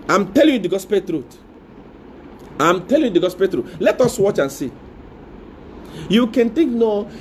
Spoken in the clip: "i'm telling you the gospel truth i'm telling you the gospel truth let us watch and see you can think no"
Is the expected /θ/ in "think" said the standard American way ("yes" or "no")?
no